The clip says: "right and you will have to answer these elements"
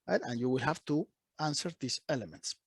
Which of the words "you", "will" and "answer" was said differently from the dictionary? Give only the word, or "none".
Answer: none